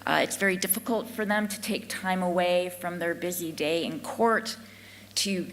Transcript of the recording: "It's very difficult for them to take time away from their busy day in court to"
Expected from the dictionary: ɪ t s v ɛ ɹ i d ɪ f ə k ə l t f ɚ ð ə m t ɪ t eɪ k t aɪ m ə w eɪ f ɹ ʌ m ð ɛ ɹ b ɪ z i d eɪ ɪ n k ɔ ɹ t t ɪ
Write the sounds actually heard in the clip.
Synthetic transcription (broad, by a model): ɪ t s v ɛ ɹ i d ɪ f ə k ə l t f ɚ ð ə m t ɪ t eɪ k t aɪ m ə w eɪ f ɹ ʌ m ð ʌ ɹ b ɪ z i d eɪ ɪ n k ɔ ɹ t t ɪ